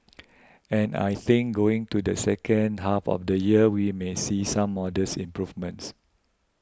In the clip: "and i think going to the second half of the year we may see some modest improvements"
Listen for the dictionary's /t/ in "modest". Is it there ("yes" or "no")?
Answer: no